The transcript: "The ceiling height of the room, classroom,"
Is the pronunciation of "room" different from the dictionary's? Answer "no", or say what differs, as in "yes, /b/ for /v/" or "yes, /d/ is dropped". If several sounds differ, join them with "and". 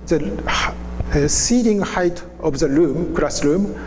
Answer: yes, /l/ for /ɹ/